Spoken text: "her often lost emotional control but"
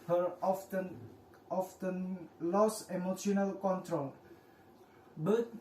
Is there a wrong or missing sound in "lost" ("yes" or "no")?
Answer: yes